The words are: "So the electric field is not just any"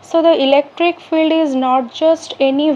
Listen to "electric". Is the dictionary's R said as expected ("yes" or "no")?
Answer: yes